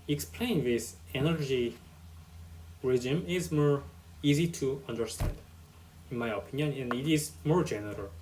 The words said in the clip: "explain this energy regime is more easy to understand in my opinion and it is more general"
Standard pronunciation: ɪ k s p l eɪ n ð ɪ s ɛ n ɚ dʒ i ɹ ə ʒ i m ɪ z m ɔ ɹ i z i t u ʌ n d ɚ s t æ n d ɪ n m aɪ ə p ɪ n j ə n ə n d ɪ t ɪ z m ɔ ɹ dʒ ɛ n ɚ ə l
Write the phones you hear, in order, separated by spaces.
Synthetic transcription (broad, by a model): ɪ k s p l eɪ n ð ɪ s ɛ n ɚ dʒ i ɹ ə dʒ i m ɪ z m ɔ ɹ i z i t u ʌ n d ɚ s t æ n d ɪ n m aɪ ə p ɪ n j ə n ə n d ɪ t ɪ z m ɔ ɹ dʒ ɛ n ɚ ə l